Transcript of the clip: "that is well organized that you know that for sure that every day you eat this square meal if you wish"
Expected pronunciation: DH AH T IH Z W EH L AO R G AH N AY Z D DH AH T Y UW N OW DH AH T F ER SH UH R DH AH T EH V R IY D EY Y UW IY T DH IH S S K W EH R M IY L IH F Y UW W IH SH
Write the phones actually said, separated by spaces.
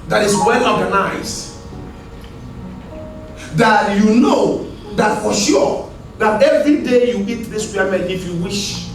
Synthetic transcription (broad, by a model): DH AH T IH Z W EH L AO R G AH N AY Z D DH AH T Y UW N OW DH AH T F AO SH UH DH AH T EH V R IY D EY Y UW IY T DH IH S S W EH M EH N IH F Y UW W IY SH